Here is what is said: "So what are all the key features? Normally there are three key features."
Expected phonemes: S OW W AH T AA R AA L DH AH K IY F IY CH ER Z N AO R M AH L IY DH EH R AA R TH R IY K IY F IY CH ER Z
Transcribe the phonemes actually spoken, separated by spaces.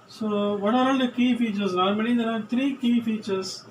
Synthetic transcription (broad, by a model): S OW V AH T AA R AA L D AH K IY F IY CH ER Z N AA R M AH N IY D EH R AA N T R IY K IY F IY CH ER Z